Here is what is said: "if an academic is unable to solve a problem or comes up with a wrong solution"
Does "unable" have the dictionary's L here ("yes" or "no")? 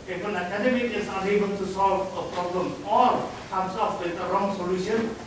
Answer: no